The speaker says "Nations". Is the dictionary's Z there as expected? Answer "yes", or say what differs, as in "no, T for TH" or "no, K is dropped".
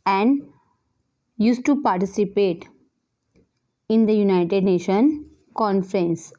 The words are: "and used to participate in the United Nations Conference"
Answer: no, Z is dropped